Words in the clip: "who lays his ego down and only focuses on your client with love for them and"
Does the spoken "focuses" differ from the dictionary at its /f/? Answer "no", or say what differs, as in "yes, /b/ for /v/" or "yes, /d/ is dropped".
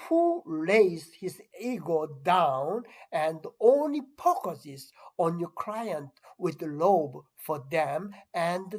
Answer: yes, /p/ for /f/